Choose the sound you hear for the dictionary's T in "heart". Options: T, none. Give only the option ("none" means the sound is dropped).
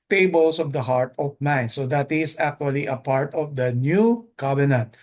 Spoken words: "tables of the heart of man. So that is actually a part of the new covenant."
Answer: T